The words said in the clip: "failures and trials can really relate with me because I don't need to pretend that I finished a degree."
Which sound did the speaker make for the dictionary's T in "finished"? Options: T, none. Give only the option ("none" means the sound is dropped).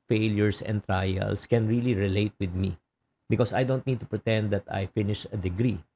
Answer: none